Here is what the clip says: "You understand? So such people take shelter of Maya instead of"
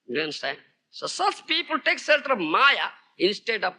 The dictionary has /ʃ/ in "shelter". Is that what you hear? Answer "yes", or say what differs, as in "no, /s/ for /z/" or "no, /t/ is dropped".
no, /s/ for /ʃ/